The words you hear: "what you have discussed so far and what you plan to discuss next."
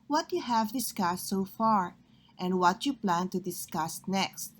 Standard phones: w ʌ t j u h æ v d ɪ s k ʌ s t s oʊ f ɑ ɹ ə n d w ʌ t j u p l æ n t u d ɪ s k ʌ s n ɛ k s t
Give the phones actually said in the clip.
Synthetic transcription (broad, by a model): w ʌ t j u h æ v d ɪ s k ʌ s t s oʊ f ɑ ɹ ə n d w ʌ t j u p l æ n t u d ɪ s k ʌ s n ɛ k s t